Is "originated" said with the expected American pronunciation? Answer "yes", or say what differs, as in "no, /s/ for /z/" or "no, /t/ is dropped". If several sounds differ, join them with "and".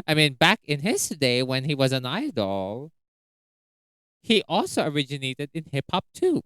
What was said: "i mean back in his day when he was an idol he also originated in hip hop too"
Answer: yes